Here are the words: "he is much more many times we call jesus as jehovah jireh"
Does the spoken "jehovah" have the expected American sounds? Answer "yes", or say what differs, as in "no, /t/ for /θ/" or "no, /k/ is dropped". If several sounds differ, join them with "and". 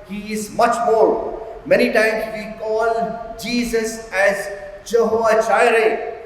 no, /v/ is dropped